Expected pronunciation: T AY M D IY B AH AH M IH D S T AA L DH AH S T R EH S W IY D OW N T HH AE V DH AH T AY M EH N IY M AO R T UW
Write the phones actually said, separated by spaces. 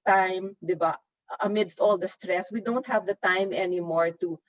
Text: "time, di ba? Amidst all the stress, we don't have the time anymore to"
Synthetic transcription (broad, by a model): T AY M D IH B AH AH M IH D S T AA L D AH S T R EH S W IY D OW N T HH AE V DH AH T AY M EH N IY M AO R T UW